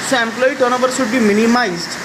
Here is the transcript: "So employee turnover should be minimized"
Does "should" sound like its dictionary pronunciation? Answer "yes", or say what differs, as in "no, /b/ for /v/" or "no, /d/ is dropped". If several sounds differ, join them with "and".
no, /s/ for /ʃ/